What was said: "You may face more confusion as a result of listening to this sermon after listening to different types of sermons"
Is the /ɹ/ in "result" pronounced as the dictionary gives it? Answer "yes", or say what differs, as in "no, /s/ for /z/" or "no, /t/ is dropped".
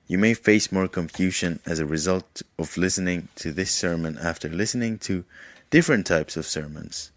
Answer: yes